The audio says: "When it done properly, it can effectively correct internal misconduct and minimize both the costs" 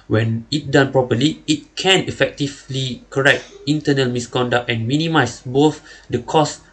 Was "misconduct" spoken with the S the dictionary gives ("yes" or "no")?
yes